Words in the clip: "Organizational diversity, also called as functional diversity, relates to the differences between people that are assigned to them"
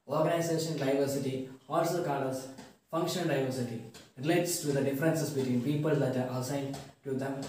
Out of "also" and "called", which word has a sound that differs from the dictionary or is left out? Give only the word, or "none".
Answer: called